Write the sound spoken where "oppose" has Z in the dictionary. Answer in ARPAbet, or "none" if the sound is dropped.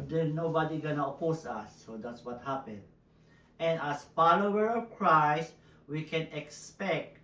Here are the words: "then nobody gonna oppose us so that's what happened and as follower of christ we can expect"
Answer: S